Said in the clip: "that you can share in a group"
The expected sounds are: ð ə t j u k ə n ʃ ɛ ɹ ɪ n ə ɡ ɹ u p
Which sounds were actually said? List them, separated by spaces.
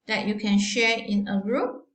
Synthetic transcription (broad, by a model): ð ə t j u k ə n ʃ ɛ ɹ ɪ n ə ɡ ɹ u p